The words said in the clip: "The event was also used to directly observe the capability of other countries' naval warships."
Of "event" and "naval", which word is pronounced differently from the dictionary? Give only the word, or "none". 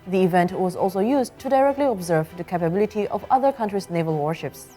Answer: none